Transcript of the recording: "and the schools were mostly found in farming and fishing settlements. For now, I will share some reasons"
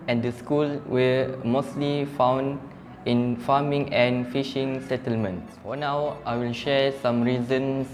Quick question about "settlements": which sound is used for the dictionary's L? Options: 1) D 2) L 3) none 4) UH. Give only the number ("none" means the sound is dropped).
2